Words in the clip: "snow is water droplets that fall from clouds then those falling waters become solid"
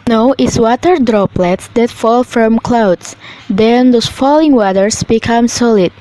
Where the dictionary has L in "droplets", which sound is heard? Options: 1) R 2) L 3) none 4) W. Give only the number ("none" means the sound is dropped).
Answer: 2